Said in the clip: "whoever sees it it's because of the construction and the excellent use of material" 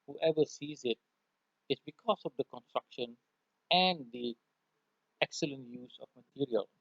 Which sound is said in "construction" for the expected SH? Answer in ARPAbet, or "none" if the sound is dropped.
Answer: SH